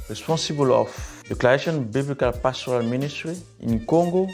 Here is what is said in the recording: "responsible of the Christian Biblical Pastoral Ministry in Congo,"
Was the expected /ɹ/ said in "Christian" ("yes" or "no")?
no